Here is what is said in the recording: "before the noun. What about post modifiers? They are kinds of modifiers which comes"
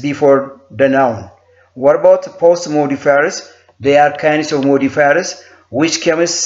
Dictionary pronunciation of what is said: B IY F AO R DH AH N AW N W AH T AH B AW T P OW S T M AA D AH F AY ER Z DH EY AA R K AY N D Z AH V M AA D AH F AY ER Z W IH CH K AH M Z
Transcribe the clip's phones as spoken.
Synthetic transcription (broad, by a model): B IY F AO R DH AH N AW N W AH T AH B AW T P OW S T M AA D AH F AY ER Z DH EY AA R K AY N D S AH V M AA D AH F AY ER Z W IH CH K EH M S